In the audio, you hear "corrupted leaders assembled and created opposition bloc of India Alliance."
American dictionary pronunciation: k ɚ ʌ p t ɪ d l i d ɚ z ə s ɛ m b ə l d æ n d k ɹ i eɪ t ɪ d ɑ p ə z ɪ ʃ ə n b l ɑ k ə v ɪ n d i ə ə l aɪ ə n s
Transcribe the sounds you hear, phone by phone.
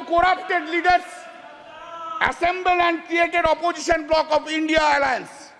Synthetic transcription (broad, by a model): k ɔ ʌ p t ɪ d l i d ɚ s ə s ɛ m b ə l æ n d k ɹ i eɪ t ɪ d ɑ p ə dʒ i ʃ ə n b l ɑ k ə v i n d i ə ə l aɪ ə n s